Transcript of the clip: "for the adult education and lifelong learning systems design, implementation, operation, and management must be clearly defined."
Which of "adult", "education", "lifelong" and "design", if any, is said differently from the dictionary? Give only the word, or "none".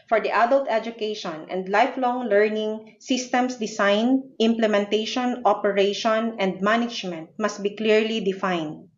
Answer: design